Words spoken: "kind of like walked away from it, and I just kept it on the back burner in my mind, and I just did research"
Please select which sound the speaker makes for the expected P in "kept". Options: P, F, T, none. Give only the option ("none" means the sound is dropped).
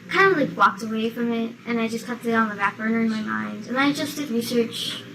none